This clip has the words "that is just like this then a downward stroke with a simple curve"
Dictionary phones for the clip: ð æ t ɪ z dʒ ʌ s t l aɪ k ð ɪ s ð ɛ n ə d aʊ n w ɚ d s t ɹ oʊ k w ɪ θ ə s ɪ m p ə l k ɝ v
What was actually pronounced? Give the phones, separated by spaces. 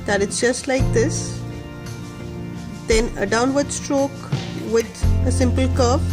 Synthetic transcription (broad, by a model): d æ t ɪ s dʒ ʌ s t l aɪ k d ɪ s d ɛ n ə d aʊ n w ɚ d s t ɹ oʊ k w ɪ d ə s ɪ m p ə l k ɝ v